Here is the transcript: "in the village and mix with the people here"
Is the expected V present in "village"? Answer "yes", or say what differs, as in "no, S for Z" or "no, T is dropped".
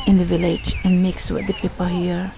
yes